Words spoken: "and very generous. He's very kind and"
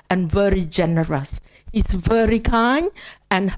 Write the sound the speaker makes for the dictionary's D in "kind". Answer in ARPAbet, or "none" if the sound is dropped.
none